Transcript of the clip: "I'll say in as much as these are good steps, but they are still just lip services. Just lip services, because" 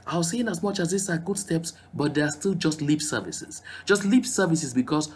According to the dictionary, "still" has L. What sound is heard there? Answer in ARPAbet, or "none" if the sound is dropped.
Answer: L